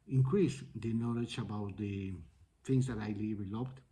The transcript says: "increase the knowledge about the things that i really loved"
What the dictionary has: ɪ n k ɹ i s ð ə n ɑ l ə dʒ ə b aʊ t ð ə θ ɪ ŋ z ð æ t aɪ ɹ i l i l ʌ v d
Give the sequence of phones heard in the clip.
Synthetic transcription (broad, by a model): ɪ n k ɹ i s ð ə n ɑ l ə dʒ ə b aʊ t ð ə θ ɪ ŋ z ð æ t aɪ l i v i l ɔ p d